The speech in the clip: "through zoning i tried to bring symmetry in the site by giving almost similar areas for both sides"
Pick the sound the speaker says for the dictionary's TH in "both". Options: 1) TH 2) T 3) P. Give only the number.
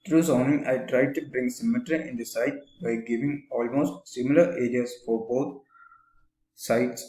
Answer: 2